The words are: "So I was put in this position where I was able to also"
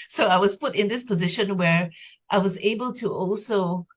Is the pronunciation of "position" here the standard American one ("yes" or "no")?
yes